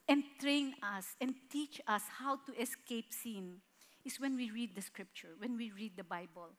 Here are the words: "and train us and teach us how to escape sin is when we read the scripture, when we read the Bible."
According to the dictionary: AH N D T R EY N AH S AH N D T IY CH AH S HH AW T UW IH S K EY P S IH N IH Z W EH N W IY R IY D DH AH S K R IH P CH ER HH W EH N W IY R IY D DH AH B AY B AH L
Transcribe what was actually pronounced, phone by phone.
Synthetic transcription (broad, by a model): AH N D T R EY N AH S AH N D T IY CH AH S HH AW T UW IH S K EY P S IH N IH S W EH N W IY R IY D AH S K R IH P CH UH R W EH N W IY R IY D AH B AY B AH L